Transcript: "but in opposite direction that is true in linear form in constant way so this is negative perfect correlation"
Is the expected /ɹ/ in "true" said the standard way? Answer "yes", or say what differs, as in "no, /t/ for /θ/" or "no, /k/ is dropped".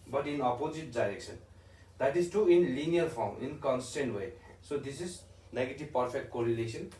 no, /ɹ/ is dropped